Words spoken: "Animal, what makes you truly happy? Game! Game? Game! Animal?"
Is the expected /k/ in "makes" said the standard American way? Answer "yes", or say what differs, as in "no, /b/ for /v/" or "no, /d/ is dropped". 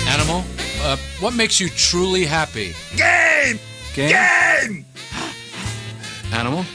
yes